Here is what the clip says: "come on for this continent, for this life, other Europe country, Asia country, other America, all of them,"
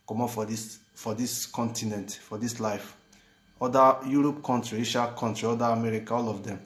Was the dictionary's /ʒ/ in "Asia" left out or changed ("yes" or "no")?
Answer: yes